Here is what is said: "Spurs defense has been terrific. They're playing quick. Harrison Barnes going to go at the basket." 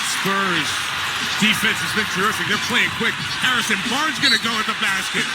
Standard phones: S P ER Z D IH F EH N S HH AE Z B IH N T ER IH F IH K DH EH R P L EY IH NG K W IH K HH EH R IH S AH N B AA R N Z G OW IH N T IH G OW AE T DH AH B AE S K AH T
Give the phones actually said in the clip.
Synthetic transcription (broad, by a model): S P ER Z D IH F EH N S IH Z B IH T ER IH F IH K DH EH R P L EY IH NG K W IH K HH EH R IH S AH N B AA R Z G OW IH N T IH G OW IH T DH AH B AE S K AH T